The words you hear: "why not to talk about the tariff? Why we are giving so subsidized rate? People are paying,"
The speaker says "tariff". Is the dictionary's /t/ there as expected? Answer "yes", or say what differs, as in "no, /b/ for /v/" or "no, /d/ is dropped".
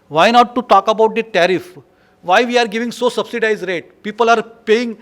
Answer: yes